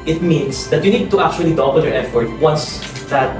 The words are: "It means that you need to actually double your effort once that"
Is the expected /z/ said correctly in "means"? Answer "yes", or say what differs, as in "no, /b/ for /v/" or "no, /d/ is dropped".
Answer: no, /s/ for /z/